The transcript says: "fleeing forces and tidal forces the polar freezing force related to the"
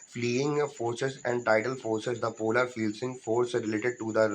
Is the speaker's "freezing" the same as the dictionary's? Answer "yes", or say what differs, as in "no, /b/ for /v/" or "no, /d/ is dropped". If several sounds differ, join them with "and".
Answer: no, /ɹ/ is dropped